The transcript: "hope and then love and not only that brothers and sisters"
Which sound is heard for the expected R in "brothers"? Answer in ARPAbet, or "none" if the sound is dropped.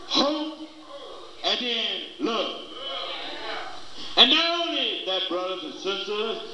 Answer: R